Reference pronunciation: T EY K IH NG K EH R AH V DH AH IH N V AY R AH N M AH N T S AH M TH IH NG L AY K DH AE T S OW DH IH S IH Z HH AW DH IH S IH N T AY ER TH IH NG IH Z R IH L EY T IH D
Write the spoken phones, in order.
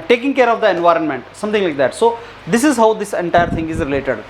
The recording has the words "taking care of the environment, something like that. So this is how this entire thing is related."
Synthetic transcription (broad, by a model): T EY K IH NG K EH R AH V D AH IH N V AY R AH N M AH N T S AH M T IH NG L AY K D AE T S OW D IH S IH Z HH AW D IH S IH N T AY ER T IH NG IH Z R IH L EY T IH D